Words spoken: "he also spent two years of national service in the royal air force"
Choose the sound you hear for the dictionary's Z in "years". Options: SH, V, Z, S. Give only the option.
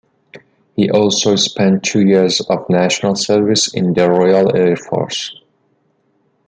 Z